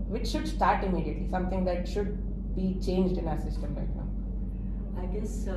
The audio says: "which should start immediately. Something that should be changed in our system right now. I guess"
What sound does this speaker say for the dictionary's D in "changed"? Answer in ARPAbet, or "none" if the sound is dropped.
D